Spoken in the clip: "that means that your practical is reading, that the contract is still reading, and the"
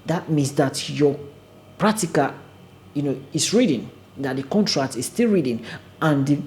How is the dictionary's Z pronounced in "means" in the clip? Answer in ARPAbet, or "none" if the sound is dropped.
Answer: S